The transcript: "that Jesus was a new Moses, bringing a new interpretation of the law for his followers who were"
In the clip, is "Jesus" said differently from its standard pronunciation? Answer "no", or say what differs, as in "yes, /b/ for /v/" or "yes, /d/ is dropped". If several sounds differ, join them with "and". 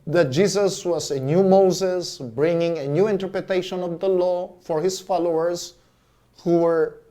yes, /s/ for /z/